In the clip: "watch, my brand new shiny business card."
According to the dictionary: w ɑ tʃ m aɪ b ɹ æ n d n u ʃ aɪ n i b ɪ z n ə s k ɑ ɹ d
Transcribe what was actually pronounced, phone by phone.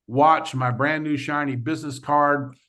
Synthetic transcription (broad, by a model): w ɑ tʃ m aɪ b ɹ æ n n u ʃ aɪ n i b ɪ z n ə s k ɑ ɹ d